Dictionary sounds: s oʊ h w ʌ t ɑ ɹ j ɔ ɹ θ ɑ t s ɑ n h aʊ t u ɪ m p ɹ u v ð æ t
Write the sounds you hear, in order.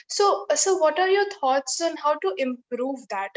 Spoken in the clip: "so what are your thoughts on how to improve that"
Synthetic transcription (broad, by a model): s oʊ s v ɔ t ɑ ɹ j ɔ ɹ t ɑ t s ɑ n h aʊ t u ɪ m p ɹ u v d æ t